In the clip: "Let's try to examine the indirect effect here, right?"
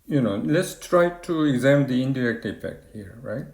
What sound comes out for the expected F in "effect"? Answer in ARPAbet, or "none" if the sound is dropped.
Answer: P